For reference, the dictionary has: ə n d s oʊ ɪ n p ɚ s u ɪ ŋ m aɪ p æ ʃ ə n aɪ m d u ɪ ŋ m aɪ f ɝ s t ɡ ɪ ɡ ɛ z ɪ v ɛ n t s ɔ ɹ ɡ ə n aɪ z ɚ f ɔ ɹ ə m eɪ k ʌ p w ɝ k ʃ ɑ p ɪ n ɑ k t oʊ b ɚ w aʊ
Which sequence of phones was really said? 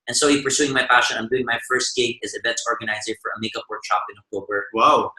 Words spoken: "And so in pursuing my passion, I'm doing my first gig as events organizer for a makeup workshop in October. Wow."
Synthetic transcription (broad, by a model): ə n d s oʊ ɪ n p ɚ s u ɪ ŋ m aɪ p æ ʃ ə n aɪ m d u ɪ ŋ m aɪ f ɝ s t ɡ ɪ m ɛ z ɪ b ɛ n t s ɔ ɹ ɡ ə n aɪ z ɚ f ɔ ɹ ə m eɪ k ʌ p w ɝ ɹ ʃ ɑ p ɪ n ɑ k t oʊ b ɚ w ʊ